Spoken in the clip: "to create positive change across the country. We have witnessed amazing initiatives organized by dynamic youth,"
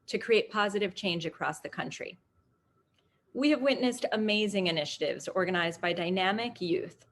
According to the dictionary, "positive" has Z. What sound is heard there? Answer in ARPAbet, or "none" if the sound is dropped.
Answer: Z